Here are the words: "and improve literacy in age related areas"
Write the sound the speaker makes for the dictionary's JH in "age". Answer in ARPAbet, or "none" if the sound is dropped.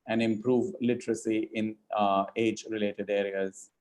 JH